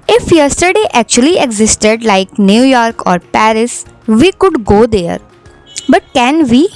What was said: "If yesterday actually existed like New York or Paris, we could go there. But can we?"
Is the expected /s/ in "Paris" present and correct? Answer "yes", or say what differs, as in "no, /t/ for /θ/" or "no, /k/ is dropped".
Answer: yes